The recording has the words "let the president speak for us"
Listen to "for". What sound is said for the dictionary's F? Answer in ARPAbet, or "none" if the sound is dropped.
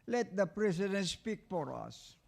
P